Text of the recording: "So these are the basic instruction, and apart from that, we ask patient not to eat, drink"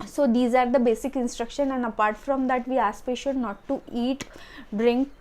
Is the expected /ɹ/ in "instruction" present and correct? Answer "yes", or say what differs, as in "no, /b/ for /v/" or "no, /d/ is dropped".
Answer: yes